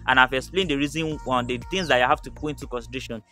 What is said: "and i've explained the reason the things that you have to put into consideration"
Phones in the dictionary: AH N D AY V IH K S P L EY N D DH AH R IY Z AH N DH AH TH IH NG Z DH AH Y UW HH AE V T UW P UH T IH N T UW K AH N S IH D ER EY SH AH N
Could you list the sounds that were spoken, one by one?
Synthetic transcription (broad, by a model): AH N AY V IH K S P L EY N D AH R IY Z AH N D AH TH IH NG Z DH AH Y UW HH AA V T UW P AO IH N T UW K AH N S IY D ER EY SH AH N